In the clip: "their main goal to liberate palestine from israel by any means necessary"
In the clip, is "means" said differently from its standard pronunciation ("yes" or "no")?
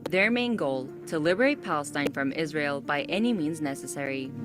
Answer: no